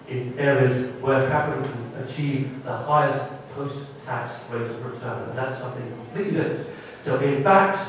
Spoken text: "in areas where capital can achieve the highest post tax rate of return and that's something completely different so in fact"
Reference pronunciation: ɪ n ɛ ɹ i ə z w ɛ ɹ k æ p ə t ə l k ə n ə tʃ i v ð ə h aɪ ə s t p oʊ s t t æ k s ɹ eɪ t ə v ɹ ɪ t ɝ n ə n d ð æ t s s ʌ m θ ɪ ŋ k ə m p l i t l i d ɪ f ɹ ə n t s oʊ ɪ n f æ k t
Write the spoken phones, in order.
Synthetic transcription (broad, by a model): ɪ n ɛ ɹ i ə z w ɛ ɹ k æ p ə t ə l k ə n ə tʃ i v ð ə h aɪ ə s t p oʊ s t t æ k s w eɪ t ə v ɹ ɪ t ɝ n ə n ð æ t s s ʌ m θ ɪ ŋ k ə m p l i t l i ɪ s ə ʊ t ɪ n f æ k t